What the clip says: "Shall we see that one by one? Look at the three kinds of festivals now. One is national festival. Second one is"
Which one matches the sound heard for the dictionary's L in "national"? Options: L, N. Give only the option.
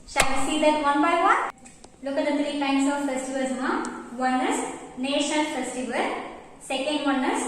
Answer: N